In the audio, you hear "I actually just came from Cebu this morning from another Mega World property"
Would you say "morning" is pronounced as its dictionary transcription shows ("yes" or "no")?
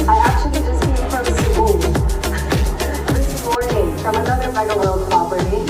no